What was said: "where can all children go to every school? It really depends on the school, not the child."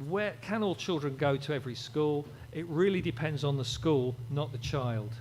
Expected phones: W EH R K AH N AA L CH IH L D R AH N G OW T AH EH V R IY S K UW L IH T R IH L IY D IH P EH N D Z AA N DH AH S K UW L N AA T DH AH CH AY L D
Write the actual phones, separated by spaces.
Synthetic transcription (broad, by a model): W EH K AH N AA L CH IH L D R AH N G OW T AH EH V R IY S K UW L IH T R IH L IY D IH P EH N D Z N DH AH S K UW L N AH T DH AH CH AY L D